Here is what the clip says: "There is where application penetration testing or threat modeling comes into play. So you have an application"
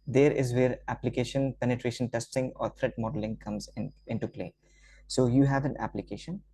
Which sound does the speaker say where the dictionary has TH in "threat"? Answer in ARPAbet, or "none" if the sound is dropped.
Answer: T